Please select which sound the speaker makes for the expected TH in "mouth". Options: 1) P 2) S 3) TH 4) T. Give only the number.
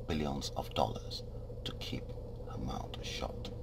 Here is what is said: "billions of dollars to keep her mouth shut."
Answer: 4